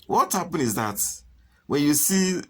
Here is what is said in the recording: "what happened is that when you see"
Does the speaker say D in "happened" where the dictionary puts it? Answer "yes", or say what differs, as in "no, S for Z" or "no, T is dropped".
no, D is dropped